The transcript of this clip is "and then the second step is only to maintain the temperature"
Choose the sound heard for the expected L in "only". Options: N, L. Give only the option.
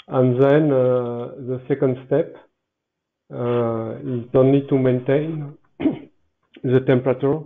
N